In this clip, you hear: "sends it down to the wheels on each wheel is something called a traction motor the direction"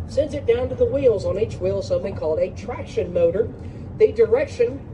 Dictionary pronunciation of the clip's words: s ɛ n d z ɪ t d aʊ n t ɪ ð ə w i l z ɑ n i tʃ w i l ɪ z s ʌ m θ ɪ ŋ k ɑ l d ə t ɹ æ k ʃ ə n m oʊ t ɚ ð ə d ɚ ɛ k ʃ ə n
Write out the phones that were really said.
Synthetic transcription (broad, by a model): s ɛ n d z ɪ t d aʊ n t ɪ ð ə w i l z n i tʃ w i l s ʌ m θ ɪ ŋ k ɑ l d ə t ɹ æ k ʃ ə n m oʊ t ɚ ð ə d ɚ ɛ k ʃ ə n